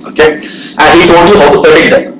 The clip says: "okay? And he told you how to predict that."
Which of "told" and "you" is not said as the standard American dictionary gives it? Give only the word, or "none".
told